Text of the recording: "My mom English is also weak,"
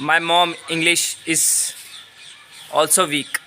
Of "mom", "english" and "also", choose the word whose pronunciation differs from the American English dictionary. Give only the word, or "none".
none